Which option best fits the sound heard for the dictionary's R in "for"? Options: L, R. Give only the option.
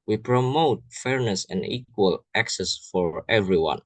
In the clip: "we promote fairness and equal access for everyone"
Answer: R